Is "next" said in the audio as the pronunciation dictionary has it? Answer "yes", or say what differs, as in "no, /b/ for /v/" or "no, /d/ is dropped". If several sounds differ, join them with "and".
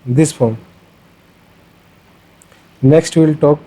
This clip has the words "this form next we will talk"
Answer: yes